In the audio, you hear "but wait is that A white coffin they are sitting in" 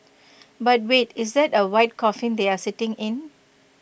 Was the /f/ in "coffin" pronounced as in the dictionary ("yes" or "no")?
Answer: yes